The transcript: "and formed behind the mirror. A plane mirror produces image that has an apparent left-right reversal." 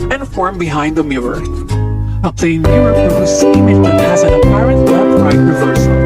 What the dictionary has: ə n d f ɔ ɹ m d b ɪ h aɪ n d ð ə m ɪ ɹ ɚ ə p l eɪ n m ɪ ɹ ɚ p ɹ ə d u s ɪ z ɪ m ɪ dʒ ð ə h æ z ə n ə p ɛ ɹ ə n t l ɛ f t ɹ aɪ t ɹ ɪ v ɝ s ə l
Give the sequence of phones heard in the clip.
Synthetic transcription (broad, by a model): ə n f ɔ ɹ m b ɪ h aɪ n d ð ə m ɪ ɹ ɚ ə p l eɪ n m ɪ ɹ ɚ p ə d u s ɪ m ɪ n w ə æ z ə n ə p ɛ ɹ ə n t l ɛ t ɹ aɪ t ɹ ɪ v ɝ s